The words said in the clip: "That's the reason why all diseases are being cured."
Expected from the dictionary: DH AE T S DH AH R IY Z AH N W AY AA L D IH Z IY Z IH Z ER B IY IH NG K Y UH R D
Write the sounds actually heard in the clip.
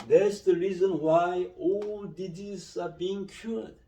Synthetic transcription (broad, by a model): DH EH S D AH R IY Z AH N W AY AA L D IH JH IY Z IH B IY IH NG K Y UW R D